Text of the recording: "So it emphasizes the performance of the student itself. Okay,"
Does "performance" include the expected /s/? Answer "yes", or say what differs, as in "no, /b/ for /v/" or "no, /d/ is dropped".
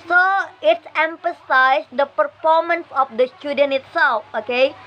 yes